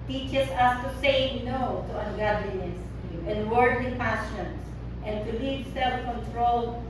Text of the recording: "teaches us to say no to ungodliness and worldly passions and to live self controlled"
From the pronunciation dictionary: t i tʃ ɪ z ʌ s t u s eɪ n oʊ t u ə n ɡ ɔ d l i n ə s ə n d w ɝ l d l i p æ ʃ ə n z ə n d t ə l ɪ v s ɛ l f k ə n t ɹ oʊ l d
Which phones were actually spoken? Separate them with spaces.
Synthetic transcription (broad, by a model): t i tʃ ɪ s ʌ s t u s eɪ n oʊ t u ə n ɡ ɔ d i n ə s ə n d w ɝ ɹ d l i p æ s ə n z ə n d t ə l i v s ɛ l f k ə n t ɹ oʊ l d